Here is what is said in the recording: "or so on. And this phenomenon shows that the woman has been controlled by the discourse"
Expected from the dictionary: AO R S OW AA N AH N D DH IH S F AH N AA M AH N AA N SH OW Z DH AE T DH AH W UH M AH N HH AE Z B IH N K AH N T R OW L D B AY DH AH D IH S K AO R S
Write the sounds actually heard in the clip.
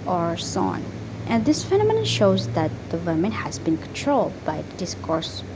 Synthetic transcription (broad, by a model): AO R S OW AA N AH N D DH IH S F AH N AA M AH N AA SH OW Z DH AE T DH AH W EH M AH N HH AE Z B IH N K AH N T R OW L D B AY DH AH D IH S K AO R S